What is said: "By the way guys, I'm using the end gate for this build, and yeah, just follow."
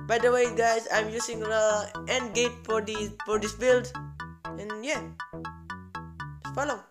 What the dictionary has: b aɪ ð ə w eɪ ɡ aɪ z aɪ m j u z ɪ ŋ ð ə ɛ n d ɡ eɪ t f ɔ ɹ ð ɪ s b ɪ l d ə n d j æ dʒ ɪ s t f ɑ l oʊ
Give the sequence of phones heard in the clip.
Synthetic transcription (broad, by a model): b aɪ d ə w eɪ ɡ aɪ s aɪ m j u s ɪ ŋ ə ɛ n d ɡ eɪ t f ɔ ɹ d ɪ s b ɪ l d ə n j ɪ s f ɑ l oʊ